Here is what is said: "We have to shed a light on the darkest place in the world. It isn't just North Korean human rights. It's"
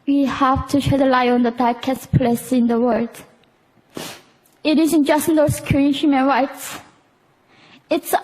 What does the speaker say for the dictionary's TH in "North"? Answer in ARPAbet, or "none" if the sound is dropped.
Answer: S